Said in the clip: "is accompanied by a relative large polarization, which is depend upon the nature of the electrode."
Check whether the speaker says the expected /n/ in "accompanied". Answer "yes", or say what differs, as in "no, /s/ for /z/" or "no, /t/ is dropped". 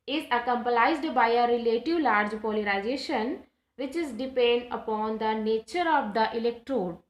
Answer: no, /l/ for /n/